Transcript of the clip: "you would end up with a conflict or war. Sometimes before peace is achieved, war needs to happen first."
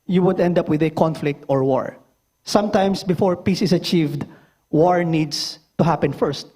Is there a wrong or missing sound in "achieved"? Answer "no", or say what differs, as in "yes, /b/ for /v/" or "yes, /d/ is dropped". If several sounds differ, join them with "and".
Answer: no